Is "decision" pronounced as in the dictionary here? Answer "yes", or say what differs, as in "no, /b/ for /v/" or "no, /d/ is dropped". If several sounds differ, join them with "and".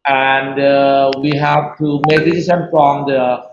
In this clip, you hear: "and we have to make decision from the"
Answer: no, /s/ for /ʒ/